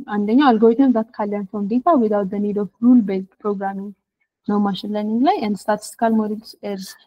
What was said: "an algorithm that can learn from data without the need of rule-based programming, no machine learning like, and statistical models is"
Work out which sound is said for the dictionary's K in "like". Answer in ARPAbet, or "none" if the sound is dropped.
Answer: none